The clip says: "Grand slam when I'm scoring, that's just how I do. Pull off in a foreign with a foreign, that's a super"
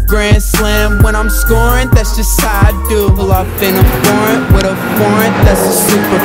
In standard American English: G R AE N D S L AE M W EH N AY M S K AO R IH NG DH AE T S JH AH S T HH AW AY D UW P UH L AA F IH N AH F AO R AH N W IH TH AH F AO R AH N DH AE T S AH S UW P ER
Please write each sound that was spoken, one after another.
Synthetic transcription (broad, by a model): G R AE N S L AE M W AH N AY M S K AO R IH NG DH AE T S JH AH S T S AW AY D UW B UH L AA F IH N AH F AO R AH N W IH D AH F AO R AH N DH AE T S AH S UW P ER